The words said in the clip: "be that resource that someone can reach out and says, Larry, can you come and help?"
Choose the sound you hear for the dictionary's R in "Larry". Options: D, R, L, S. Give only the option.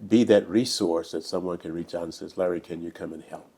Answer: R